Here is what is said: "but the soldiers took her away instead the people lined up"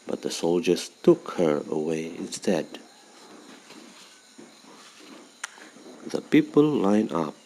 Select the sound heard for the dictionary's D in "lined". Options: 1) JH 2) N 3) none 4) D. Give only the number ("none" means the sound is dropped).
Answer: 3